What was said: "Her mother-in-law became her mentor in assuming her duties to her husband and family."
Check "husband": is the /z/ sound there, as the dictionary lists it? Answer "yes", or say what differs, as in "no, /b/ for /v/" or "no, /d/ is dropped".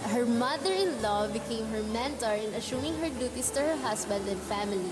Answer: no, /s/ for /z/